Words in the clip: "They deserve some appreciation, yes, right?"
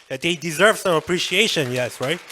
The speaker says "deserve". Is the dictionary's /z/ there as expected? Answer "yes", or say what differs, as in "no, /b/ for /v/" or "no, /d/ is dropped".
yes